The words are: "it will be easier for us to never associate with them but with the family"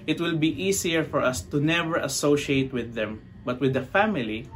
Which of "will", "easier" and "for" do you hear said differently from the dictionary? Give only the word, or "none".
easier